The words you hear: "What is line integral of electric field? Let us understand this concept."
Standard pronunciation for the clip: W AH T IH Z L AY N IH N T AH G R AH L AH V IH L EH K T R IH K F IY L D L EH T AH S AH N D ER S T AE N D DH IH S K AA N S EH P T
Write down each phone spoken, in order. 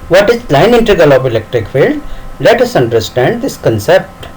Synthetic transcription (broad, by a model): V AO T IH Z L AY N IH N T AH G AH L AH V IH L EH K T R IH K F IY L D L EH T AH S AH N D ER S T AE N D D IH S K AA N S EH P T